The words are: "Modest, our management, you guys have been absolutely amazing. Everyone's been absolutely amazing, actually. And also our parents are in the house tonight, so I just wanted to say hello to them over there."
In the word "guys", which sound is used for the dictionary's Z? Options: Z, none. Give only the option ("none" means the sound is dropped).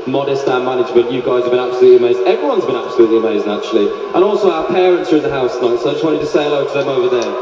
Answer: Z